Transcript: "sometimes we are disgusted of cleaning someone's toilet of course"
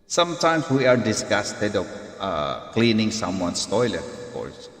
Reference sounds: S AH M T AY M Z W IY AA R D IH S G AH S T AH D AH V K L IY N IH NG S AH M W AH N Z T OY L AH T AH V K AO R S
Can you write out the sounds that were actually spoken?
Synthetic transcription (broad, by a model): S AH M T AY M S W IY AA R D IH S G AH S T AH D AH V K L IY N IH NG S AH M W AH N S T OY L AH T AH F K AO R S